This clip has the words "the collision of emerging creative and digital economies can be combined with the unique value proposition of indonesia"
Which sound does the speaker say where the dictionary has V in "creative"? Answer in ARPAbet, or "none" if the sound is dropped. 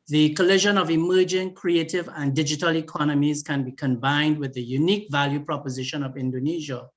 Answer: V